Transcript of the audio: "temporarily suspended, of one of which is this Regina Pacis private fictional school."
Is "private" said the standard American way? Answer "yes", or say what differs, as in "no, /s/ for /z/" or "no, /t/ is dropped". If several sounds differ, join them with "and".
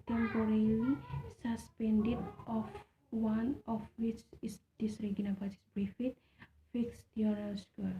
no, /b/ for /p/ and /f/ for /v/